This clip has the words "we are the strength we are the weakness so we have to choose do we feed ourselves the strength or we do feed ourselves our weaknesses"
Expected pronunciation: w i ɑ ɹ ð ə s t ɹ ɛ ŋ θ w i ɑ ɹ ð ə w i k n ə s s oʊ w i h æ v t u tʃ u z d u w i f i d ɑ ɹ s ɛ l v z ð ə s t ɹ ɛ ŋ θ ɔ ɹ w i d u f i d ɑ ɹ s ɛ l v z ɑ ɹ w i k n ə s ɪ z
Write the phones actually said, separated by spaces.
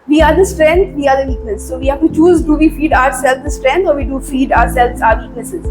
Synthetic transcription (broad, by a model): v i ɑ ɹ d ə s t ɹ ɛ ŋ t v i ɑ ɹ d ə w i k ə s s oʊ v i h æ v t u tʃ u z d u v i f i d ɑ ɹ s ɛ l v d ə s t ɹ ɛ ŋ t ɔ ɹ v i d u f i d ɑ ɹ s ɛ l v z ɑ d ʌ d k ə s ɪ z